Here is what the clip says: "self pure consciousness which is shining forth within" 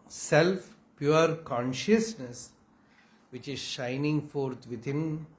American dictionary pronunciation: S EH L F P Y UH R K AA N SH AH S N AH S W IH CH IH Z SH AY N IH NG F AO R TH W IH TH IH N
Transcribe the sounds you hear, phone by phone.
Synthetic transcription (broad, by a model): S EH L F P Y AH R K AA N SH AH S N AH S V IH CH IH Z SH AY N IH NG F AO R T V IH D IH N